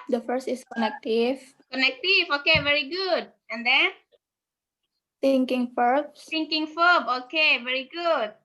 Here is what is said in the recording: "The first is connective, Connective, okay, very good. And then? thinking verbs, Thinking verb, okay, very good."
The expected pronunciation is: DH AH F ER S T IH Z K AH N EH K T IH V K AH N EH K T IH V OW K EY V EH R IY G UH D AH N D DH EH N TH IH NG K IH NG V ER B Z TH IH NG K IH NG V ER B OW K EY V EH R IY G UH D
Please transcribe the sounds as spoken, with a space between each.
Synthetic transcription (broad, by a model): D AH F ER S T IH S K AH N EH K T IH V K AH N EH K T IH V OW K EY V EH R IY G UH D AH N D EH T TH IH NG K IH NG F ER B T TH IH NG K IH NG F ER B OW K EY V EH R IY G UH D